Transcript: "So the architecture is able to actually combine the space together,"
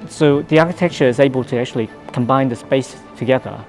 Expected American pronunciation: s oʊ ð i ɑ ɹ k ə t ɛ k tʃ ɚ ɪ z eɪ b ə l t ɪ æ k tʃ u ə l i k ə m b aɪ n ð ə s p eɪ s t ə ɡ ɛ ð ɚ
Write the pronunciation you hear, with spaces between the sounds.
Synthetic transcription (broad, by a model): s oʊ ð i ɑ ɹ k ə t ɛ k tʃ ɚ ɪ z eɪ b ə l t ɪ æ k tʃ u ə l i k ə m b aɪ n ð ə s p eɪ s t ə ɡ ɛ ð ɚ